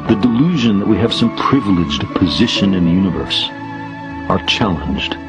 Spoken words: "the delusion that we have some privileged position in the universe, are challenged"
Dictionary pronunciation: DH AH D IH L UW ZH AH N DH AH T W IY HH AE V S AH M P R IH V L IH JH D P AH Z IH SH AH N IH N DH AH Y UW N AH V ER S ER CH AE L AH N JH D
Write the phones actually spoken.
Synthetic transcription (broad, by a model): DH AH D IH L UW ZH AH N DH AH T W IY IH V S AH M P R IH V L IH JH D P AH Z IH SH AH N IH N DH AH Y UW N AH V ER S ER CH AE L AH N JH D